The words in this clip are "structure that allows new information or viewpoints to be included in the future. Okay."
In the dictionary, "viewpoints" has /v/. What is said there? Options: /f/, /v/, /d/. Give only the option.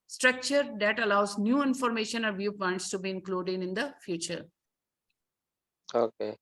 /v/